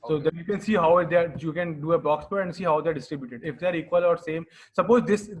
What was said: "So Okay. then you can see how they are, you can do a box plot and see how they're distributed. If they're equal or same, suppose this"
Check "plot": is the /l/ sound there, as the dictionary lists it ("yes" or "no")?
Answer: no